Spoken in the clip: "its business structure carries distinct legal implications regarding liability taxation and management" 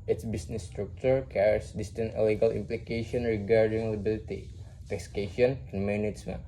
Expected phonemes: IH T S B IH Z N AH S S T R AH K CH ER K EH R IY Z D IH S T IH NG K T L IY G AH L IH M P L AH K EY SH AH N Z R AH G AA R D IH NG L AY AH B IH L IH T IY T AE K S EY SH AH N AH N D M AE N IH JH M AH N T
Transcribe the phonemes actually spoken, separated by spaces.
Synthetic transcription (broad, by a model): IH T S B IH S N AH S S T R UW K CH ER K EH R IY S D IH S T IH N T L IY G AH L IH M P L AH K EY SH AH N R AH G AA R D IH NG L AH B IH L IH T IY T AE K S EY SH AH N AH N D M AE N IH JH M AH N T